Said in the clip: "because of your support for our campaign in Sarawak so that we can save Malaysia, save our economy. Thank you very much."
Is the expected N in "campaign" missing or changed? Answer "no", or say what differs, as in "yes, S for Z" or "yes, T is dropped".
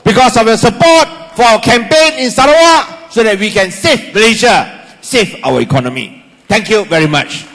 no